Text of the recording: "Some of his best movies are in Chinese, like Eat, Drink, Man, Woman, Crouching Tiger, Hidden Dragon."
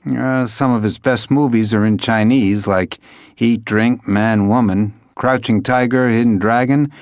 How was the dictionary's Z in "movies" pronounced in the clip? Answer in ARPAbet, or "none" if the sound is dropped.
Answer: Z